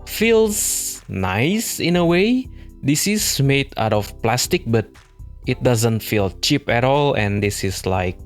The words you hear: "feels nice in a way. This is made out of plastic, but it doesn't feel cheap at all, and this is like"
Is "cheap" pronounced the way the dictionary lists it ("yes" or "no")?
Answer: yes